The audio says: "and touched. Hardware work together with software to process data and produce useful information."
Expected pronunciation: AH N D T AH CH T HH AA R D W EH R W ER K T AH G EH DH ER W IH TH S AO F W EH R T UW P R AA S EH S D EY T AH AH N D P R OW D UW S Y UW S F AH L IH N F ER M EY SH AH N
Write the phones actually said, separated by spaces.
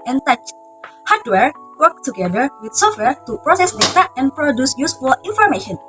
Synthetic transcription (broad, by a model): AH N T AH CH HH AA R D W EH R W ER K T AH G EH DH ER W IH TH S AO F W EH R T UW P R AA S EH S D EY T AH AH N P R OW D UW S Y UW S F AH L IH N F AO M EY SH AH N